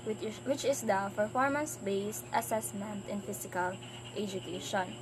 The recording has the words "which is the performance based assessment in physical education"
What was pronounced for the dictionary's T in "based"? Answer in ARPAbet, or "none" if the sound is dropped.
T